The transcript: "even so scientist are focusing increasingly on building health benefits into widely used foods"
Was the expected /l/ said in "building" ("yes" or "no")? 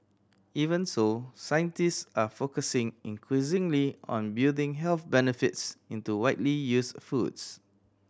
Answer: no